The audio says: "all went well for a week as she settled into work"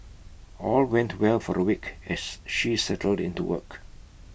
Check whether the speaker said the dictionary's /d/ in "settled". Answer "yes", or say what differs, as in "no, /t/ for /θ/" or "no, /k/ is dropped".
yes